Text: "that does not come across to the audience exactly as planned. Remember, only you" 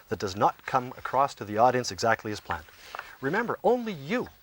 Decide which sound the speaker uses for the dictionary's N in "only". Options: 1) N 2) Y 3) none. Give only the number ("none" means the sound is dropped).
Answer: 1